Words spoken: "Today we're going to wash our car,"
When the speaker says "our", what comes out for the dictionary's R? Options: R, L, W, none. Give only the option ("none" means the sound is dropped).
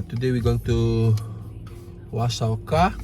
L